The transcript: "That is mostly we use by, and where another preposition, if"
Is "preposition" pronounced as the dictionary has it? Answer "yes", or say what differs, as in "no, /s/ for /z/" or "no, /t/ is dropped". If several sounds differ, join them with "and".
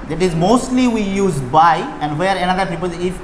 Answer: no, /ɹ/ is dropped